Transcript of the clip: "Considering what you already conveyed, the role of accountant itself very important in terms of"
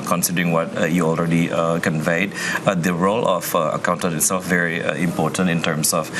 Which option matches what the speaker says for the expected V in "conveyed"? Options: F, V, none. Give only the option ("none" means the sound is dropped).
V